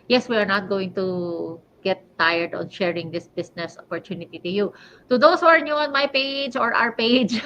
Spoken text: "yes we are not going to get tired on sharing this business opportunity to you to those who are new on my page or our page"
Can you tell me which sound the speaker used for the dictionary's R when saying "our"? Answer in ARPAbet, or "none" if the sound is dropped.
R